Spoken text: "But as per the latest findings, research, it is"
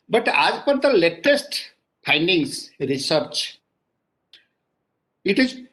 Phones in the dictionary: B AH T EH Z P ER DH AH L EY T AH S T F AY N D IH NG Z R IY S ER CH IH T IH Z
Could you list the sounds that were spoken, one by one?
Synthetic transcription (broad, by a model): B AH T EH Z P ER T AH L EY T AH S T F AY N D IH NG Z R IY S ER CH IH T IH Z